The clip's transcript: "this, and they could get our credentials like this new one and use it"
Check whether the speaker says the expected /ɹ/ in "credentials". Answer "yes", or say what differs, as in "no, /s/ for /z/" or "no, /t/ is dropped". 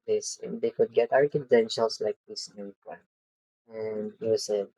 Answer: no, /ɹ/ is dropped